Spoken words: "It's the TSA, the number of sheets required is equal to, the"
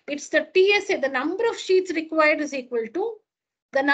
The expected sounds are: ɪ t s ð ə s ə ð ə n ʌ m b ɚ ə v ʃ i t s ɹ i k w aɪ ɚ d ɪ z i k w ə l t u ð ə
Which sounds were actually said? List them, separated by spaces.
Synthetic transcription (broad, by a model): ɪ t s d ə s ə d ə n ʌ m b ɚ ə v ʃ i t s ɹ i k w aɪ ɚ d ɪ z i k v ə l t u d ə